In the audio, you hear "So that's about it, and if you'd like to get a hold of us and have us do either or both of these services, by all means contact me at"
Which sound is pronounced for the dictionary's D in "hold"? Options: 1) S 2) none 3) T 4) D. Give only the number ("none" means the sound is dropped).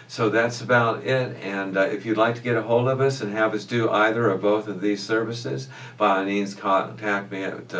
4